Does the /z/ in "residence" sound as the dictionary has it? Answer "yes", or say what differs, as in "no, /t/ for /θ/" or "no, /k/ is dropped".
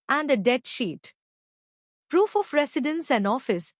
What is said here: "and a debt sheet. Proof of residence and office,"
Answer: no, /s/ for /z/